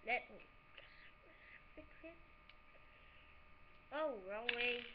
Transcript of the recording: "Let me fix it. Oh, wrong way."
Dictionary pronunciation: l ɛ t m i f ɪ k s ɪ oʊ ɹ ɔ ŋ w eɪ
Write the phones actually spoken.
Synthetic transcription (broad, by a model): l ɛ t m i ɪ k ɪ oʊ ɹ ɔ ŋ w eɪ